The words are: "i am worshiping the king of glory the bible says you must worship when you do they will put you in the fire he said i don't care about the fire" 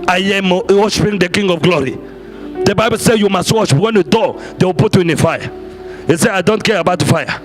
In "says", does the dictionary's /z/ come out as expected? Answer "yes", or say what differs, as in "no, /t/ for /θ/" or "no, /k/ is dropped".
no, /z/ is dropped